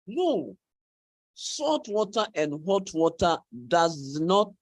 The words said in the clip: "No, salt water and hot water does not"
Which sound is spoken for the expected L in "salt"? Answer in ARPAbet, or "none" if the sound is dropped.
none